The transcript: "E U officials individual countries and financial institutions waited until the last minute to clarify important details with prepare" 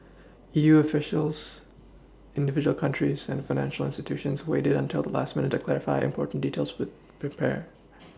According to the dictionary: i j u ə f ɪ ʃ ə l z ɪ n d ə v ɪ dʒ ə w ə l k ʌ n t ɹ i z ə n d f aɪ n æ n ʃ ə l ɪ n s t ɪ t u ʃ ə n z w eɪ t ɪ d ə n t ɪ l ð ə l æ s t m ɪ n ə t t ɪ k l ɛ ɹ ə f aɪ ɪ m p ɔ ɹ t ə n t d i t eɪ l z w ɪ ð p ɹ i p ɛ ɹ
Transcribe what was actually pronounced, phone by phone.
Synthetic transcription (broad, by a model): i j u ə f ɪ ʃ l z ɪ n d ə v ɪ dʒ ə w l k ʌ n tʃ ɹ i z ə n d f aɪ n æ n ʃ l ɪ n s t ɪ t u ʃ ə n z w eɪ t ɪ d ə n t ɪ l ð ə l æ s t m ɪ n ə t t ɪ k l ɛ ɹ ə f aɪ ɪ m p ɔ ɹ t n d i t eɪ l z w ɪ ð p ɹ i p ɛ ɹ